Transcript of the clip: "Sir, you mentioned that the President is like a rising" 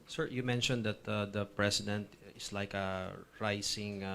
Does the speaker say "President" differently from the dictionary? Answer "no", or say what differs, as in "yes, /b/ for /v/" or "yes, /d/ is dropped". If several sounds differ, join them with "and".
yes, /s/ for /z/